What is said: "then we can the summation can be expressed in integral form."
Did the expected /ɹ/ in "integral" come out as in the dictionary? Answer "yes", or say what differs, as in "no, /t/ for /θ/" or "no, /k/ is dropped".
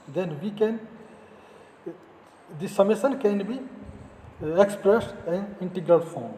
yes